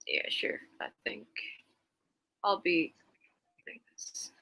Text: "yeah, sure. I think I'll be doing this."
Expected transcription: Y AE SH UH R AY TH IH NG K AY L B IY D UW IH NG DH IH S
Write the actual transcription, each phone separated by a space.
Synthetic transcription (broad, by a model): Y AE SH UH R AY TH IH NG K AY L B IY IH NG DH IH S